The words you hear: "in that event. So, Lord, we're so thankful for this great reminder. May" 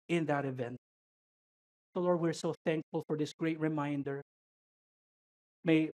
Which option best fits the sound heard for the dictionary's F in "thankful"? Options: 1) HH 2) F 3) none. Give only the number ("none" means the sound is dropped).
2